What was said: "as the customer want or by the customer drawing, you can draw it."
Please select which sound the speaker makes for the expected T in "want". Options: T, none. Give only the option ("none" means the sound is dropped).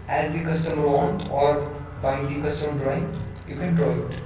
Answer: none